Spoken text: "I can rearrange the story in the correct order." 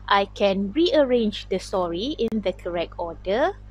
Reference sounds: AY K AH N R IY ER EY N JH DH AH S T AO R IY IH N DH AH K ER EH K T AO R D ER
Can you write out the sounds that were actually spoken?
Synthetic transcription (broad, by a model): AY K AH N R IY ER EY N JH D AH S T AO R IY IH N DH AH K ER EH K T AO D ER